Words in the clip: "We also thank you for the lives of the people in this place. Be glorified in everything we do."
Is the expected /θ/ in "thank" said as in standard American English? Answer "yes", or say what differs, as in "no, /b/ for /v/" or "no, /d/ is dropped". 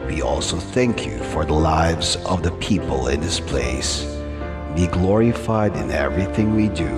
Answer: yes